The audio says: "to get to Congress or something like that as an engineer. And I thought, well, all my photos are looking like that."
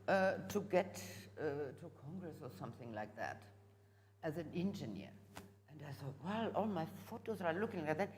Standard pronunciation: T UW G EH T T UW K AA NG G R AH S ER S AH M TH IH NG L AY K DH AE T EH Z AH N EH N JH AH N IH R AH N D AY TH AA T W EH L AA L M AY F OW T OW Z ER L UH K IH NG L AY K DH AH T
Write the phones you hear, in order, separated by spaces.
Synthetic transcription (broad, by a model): T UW G EH T T UW K AA NG G R AH S ER S AH M TH IH NG L AY K DH AE T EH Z AH N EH N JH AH N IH R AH N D AY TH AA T W EH L AA L M AY F OW T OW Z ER L UH K IH NG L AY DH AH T